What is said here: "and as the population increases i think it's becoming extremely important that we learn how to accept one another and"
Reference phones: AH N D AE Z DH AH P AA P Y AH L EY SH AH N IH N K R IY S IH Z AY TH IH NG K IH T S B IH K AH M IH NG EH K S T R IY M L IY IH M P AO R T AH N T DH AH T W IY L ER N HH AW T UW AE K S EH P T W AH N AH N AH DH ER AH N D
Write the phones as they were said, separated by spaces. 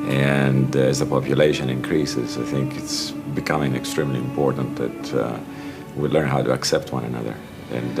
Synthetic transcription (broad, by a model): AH N D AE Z DH AH P AA P Y AH L EY SH AH N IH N K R IY S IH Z AY TH IH NG K IH T S B IH K AH M IH NG EH K S T R IY M L IY IH M P AO R T AH N T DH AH T W IY L ER N HH AW T UW AE K S EH P T W AH N AH N AH DH ER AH N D